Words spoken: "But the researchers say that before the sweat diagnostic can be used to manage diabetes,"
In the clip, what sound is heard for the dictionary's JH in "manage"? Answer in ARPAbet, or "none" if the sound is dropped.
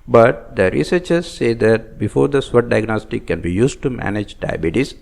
JH